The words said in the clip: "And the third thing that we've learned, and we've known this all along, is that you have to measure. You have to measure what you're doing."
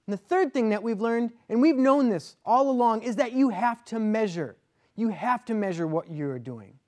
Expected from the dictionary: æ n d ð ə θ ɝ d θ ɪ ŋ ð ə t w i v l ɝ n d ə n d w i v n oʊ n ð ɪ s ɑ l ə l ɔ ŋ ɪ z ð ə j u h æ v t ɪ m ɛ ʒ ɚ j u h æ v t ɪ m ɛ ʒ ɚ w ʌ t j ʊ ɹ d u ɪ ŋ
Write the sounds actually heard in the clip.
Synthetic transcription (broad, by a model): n ð ə θ ɝ d θ ɪ ŋ ð ə t w i v l ɝ n d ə n w i v n oʊ n ð ɪ s ɑ l ə l ɔ ŋ ɪ z ð ə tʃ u h æ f t ɪ m ɛ ʒ ɚ j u h æ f t ɪ m ɛ ʒ ɚ w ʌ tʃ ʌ ɹ d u ɪ ŋ